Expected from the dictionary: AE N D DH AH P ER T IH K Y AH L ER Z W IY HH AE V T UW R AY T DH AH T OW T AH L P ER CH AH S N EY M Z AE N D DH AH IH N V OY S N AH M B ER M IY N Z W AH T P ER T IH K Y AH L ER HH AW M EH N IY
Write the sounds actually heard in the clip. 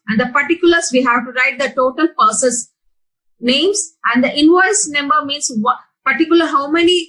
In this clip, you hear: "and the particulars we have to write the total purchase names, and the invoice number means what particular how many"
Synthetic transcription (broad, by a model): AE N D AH P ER T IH K Y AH L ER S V IY HH AE V T UW R AY T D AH T OW T AH L P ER S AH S N EY M S AE N D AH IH N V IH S N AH M B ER M IY N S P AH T T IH K Y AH L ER HH AW M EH N IY